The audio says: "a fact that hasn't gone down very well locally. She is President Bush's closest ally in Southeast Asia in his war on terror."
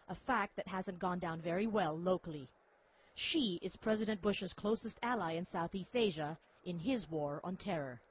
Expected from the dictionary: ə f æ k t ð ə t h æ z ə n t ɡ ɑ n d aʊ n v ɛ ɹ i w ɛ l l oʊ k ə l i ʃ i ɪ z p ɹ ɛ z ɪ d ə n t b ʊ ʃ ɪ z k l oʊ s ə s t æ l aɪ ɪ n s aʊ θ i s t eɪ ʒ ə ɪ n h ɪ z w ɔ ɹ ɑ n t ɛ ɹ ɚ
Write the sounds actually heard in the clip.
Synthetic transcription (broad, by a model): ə f æ k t ð ə t h æ z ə n ɡ ɑ n d aʊ n v ɛ ɹ i w ɛ l l oʊ k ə l i ʃ i ɪ z p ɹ ɛ z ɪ d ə n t b ʊ ʃ ɪ z k l oʊ s ə s t æ l aɪ ɪ n s aʊ θ i s t eɪ ʒ ə ɪ n ɪ z w ɔ ɹ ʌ n t ɛ ɹ ɚ